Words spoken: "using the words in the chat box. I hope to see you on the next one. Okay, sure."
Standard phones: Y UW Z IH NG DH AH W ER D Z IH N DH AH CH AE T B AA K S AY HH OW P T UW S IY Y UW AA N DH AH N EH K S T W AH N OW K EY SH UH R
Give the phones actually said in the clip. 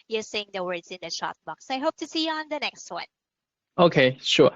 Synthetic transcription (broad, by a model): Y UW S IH NG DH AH W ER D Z IH N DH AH SH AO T B AA K S AY HH OW P T UW S IY Y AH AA N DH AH N EH K S T W AH N OW K EY SH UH